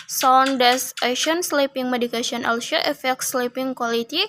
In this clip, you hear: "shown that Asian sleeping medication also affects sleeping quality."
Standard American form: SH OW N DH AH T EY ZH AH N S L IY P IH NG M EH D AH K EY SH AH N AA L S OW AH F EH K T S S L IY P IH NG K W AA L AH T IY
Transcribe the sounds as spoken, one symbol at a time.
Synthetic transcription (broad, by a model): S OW N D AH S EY SH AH N S L IY P IH NG M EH D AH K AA S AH N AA L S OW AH F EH K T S S L IY P IH NG K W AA L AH T IY